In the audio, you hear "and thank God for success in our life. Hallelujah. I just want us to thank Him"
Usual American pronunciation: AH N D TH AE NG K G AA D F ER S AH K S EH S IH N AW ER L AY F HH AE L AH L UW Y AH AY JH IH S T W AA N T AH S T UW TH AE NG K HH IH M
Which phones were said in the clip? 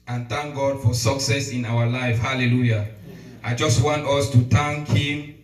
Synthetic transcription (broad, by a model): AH N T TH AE NG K G AA D F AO S AH K S EH S IH N AW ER L AY F HH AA L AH L UW Y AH AY JH IH S T W AA N T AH S T UW T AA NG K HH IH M